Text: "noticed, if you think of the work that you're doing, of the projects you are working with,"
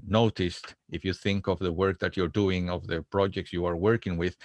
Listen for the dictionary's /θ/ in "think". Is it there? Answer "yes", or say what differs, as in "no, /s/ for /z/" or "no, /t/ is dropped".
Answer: yes